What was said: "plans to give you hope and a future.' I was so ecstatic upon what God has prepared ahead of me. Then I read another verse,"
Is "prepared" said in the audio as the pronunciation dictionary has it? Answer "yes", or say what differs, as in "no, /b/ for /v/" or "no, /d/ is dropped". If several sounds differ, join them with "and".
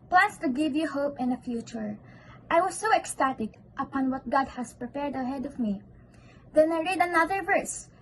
yes